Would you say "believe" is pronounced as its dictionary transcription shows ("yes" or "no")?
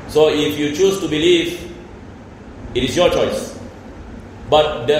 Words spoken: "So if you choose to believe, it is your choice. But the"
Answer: yes